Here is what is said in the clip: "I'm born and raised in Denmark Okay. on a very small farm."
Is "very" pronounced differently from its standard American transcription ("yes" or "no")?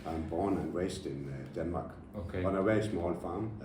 yes